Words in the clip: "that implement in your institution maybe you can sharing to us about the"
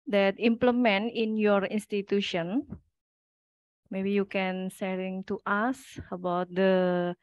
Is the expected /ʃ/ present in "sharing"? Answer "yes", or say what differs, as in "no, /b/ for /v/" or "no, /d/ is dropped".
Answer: no, /s/ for /ʃ/